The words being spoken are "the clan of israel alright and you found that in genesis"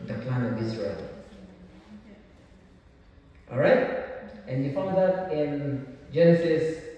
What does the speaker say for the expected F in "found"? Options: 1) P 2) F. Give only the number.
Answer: 2